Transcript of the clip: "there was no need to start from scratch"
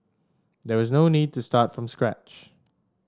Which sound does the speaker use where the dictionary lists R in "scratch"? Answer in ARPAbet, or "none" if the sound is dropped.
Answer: R